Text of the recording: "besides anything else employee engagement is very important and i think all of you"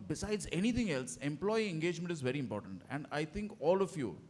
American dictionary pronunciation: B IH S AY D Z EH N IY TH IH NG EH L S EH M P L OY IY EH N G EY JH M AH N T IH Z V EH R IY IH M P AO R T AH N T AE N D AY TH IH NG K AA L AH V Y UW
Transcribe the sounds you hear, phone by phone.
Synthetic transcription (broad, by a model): B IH S AY D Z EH N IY T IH NG EH L S EH M P L OY IY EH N G EY JH M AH N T IH Z V EH R IY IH M P AO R T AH N T AE N D AY T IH NG K AA L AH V Y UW